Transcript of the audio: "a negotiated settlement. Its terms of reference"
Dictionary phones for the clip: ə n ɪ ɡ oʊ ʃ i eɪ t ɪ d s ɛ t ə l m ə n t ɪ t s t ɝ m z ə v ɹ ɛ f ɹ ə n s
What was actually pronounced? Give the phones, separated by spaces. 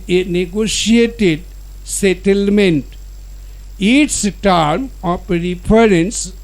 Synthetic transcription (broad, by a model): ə n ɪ ɡ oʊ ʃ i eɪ t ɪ d s ɛ t ə l m ə n t ɪ t s t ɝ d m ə p ɹ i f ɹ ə n s